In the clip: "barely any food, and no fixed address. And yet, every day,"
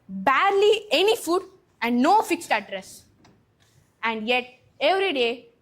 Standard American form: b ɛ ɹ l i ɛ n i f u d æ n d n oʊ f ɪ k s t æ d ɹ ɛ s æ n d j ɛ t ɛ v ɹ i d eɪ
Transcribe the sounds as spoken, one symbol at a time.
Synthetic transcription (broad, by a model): b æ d l i ɛ n i f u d æ n d n oʊ f ɪ k s t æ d ɹ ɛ s æ n d j ɛ t ɛ v ɹ i d eɪ